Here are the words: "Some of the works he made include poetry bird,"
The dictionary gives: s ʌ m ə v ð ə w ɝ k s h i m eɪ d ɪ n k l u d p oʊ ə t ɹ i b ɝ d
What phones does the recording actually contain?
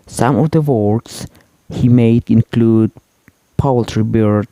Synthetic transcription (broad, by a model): s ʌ m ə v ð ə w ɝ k s h i m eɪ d ɪ n k l u d p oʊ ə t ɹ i b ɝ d